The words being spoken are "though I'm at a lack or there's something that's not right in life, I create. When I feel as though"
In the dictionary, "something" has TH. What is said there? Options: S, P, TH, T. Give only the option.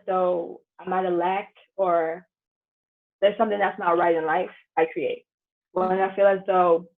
TH